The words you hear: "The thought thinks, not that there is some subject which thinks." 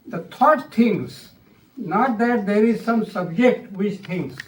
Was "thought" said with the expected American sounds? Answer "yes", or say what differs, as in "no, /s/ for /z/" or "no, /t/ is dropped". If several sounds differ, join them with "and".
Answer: no, /t/ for /θ/